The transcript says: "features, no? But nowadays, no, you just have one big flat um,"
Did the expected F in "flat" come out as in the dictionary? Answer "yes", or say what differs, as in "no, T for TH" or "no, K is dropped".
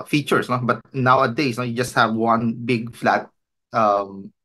yes